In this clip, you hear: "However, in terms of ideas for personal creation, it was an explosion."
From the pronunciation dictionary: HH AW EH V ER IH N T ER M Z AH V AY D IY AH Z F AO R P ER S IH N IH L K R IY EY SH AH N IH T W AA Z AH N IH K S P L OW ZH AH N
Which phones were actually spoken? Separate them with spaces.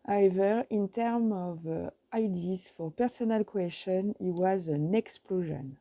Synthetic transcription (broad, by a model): HH AW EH V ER IH N T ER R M AH V AY D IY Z F AO R P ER S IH N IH L K W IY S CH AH N IH T W AA Z AH N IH K S P L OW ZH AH N